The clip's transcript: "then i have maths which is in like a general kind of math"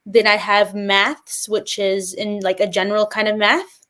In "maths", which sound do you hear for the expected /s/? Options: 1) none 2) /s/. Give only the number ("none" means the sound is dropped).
2